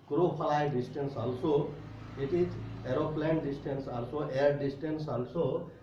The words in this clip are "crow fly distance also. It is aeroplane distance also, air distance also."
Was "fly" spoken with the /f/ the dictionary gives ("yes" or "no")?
no